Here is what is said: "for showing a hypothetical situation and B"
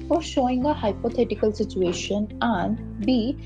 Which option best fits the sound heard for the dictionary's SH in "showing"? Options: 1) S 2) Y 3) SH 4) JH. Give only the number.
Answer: 3